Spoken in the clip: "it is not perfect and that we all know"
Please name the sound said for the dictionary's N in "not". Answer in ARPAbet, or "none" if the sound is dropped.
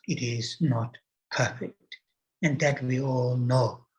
N